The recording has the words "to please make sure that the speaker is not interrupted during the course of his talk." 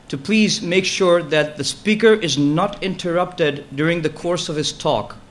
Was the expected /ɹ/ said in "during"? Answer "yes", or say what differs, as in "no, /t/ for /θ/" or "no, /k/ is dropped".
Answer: yes